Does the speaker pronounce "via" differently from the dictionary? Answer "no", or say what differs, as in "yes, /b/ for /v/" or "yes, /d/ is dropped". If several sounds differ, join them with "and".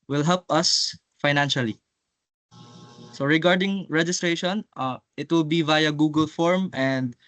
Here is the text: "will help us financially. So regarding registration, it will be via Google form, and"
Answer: no